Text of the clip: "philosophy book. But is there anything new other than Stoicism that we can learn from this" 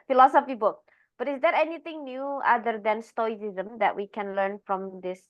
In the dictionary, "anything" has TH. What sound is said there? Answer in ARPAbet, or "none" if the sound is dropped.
T